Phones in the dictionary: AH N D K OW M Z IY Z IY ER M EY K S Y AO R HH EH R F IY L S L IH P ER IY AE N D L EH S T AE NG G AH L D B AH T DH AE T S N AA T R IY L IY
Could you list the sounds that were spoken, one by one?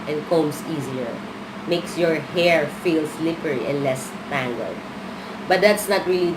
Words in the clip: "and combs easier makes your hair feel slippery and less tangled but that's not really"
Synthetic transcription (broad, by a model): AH N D K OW M S IY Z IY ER M EY K S Y AO R HH EH R F IY L S L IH P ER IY N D L EH S T AE NG G AH L D B AH T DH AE T S N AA T R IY L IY